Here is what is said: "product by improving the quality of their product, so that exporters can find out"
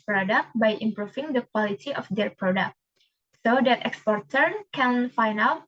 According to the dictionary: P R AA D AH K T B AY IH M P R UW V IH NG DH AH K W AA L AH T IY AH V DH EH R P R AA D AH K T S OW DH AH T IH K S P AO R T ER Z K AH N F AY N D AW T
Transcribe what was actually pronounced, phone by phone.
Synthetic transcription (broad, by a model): P R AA D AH K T B AY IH M P R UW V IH NG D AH K W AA L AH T IY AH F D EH R P R AA D AH K T S OW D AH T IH K S P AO R T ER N K AH N F AY N AW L